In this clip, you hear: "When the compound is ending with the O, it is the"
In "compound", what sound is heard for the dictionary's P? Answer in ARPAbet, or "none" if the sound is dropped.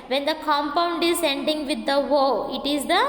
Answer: P